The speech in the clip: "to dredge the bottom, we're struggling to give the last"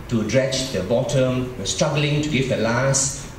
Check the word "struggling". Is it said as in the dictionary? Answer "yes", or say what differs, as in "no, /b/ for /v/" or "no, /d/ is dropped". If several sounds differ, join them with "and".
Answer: yes